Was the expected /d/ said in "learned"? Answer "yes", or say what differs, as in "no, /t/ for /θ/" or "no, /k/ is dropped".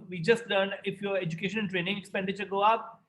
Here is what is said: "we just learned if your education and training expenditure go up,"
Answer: no, /d/ is dropped